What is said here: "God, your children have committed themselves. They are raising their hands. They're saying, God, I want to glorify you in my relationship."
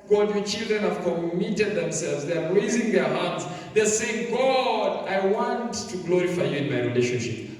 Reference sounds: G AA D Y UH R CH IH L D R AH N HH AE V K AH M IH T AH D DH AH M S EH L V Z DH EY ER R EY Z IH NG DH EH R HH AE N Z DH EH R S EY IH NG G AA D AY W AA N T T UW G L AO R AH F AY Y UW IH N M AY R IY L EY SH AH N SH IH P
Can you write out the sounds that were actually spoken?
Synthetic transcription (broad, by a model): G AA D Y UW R CH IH L D R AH N HH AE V K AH M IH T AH D DH AH M S EH L V Z DH EY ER R EY Z IH NG DH EH R HH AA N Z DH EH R S EY IH NG G AA D AY W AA N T T UW G L AO R AH F AY Y UW IH N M AY R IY L EY SH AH N SH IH P